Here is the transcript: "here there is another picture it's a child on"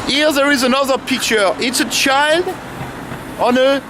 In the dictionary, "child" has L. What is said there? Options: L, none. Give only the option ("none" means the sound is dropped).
L